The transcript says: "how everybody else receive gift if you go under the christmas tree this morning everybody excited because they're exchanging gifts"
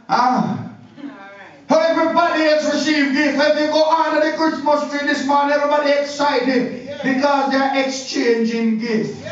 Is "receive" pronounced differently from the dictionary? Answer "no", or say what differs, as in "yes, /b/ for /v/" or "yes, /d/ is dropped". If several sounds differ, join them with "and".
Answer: no